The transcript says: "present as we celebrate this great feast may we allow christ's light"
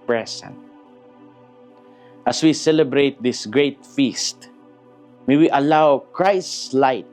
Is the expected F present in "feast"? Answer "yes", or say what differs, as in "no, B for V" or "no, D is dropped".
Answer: yes